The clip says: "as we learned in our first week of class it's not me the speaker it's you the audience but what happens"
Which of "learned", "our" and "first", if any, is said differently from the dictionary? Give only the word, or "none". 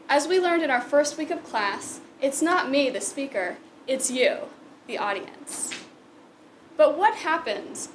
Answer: none